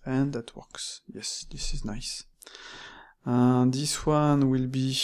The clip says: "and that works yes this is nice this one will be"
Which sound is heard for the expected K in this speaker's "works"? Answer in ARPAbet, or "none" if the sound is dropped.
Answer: K